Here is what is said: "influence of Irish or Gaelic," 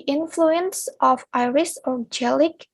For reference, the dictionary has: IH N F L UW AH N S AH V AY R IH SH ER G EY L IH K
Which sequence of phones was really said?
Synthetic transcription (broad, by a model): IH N F L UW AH N S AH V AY R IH S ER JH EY L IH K